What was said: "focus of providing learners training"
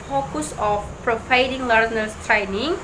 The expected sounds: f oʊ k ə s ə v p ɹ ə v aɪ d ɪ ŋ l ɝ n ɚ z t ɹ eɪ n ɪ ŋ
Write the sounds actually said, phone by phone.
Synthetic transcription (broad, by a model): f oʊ k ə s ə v p ɹ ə p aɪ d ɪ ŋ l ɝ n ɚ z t ɹ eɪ n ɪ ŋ